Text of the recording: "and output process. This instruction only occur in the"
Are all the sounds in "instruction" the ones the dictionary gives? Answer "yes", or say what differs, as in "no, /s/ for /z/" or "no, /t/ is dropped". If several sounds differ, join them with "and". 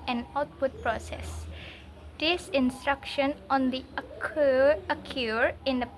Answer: yes